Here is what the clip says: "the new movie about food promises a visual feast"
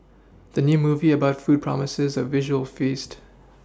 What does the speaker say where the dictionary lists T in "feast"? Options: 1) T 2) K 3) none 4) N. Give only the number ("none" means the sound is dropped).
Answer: 1